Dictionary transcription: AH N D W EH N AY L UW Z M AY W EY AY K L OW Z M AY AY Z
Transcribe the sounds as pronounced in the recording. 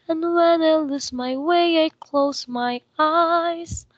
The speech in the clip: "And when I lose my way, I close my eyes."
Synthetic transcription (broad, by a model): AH N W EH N AY L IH S M AY W EY AY K L OW Z M AY AY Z